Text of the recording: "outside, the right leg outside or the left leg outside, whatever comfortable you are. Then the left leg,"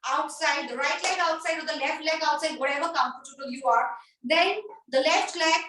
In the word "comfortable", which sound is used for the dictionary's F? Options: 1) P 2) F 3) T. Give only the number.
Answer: 1